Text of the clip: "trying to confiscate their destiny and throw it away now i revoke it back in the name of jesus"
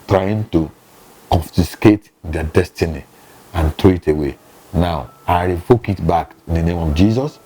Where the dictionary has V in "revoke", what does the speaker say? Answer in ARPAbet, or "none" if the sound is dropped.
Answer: F